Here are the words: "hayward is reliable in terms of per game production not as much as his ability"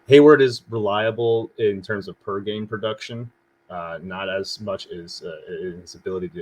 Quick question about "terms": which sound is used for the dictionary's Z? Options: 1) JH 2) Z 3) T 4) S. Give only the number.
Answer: 2